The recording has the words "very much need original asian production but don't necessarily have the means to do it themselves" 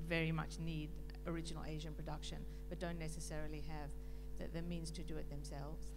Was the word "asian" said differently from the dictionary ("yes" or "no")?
no